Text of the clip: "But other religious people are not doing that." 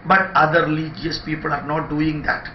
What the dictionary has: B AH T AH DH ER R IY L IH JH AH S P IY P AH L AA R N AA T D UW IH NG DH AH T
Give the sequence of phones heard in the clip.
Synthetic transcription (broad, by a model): B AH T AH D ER L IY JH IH AH S P IY P AH L AA R N AA T D UW IH NG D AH T